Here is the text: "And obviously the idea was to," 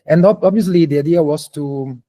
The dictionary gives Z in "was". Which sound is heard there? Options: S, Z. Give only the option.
S